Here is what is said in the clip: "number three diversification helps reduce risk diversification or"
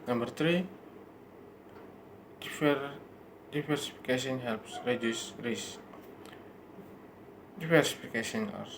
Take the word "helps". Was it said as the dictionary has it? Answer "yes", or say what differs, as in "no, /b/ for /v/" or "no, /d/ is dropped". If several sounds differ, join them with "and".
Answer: yes